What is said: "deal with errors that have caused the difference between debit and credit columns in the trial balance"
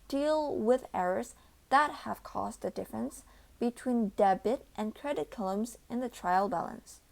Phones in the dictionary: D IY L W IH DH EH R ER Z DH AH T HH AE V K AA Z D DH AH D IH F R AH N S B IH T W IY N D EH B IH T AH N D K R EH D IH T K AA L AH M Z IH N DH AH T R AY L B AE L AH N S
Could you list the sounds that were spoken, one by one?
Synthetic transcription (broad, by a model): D IY L W IH DH EH R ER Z DH AH T HH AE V K AA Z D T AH D IH F R AH N S B IH T W IY N D EH B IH T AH N K R EH D IH T K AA L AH M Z IH N DH AH T R AY L B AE L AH N S